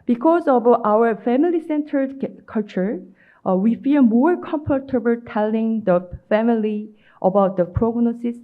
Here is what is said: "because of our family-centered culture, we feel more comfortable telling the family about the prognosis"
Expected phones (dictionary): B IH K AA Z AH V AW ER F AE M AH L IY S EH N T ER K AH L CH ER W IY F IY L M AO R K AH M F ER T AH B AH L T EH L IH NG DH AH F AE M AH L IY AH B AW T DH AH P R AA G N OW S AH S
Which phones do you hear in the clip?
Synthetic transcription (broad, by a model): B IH K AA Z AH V AW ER F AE M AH L IY S EH N T ER K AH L CH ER W IY F IY L M AO R K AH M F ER T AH B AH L T EH L IH NG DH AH F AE M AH L IY AH B AW T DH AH P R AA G N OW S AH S